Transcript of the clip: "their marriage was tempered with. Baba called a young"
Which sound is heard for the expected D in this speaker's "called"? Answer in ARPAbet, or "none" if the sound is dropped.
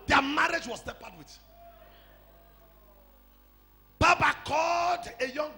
D